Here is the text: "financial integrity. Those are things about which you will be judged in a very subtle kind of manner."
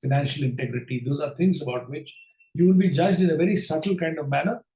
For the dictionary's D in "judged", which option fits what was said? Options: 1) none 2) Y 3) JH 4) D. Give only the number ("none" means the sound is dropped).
4